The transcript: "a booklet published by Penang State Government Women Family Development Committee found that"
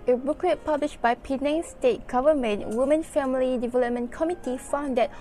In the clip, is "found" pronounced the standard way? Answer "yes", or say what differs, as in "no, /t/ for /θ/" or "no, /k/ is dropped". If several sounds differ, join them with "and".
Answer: yes